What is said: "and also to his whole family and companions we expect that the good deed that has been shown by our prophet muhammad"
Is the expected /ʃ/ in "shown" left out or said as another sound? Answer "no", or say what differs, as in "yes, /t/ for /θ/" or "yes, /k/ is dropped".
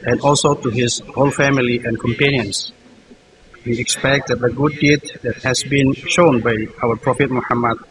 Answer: no